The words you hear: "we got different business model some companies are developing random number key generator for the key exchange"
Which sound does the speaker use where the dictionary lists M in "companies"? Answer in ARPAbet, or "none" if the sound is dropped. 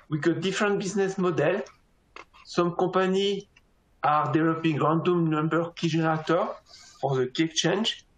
none